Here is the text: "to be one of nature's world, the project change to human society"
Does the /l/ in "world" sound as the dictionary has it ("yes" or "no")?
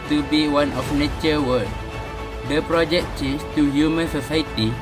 no